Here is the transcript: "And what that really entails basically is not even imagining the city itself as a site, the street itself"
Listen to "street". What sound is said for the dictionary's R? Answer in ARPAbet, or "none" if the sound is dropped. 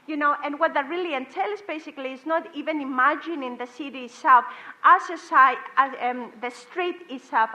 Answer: R